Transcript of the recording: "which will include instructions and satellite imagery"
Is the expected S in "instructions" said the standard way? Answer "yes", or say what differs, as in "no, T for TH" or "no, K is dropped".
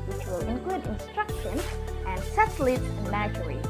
yes